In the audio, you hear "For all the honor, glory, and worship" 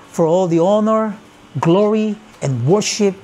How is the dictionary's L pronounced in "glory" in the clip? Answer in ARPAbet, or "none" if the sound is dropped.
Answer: L